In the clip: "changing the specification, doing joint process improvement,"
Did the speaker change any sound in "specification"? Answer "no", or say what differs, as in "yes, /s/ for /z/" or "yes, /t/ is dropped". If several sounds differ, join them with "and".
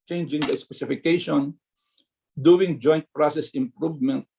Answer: no